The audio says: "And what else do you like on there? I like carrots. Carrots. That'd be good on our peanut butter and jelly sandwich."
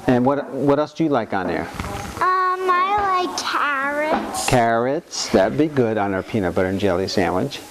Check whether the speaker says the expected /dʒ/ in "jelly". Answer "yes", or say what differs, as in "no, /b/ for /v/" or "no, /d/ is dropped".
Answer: yes